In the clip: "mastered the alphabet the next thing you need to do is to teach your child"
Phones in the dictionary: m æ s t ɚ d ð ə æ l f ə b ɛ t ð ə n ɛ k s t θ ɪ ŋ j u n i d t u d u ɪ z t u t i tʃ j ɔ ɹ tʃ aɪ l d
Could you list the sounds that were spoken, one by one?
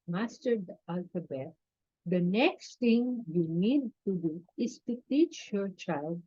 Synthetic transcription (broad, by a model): m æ s t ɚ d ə æ l f ə b ɛ t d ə n ɛ k s t t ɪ ŋ j u n i d t u d u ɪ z t u t i tʃ j ɔ ɹ tʃ aɪ l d